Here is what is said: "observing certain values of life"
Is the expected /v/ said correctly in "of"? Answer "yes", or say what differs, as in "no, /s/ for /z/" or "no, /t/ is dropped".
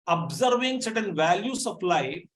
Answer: no, /p/ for /v/